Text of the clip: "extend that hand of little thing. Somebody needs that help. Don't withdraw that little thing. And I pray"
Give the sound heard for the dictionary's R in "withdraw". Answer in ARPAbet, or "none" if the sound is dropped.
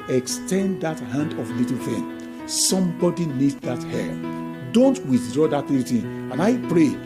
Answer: R